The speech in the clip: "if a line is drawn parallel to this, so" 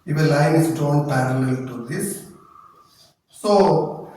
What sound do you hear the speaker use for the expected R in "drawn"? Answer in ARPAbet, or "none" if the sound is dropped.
none